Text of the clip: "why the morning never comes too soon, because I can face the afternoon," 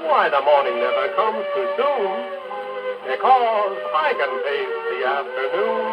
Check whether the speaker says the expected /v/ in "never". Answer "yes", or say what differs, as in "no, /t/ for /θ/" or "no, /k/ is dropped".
no, /v/ is dropped